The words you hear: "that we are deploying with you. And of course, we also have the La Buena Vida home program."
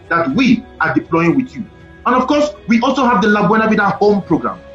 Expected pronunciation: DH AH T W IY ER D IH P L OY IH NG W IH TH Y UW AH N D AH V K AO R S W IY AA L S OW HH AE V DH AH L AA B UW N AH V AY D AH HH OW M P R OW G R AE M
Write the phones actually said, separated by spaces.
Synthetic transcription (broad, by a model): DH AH T W IY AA D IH P L OY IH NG W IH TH Y UW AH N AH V K AO S W IY AA L S OW HH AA V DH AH L AA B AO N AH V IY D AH HH OW M P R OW G R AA M